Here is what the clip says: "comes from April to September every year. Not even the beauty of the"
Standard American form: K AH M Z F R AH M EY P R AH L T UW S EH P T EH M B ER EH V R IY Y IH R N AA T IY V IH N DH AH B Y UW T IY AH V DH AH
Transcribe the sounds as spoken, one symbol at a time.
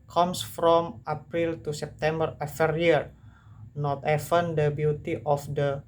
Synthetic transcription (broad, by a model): K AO M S F R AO M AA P R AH L T UW S EH P T EH M B ER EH F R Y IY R N AA T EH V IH N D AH B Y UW T IY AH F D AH